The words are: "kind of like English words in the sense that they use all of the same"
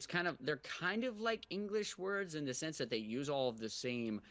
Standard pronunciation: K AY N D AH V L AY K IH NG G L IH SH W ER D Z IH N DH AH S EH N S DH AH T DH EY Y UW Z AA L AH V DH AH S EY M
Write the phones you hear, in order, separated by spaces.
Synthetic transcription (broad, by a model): K AY N D AH V L AY K IH NG G L IH SH W ER D Z IH N DH AH S EH N S DH AH T DH EY Y UW Z AA L AH V DH AH S EY M